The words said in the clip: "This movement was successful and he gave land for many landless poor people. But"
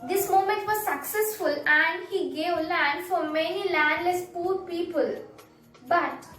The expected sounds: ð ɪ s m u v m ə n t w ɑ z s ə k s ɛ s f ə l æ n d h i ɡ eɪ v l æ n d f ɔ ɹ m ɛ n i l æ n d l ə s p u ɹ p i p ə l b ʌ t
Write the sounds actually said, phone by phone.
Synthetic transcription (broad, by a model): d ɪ s m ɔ m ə n t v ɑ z s ə k s ɛ s f ə l æ n d h i ɡ eɪ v l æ n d f ɔ ɹ m ɛ n i l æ n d l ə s p u ɹ p i p ə l b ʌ t